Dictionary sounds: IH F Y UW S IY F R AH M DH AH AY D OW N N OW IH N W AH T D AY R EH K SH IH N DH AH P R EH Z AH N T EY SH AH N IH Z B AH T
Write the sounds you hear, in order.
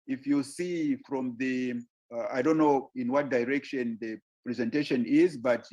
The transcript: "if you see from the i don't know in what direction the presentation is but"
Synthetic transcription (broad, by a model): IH F Y UW S IY F R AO M DH AH AY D OW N N OW IH N W AH T D AY R EH K SH IH N DH AH P R EH Z AH N T EY SH AH N IH Z B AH T